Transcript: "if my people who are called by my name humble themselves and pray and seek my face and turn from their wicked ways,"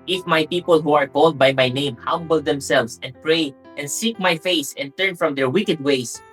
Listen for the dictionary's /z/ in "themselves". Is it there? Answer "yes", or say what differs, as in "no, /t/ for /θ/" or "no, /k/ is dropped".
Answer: no, /s/ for /z/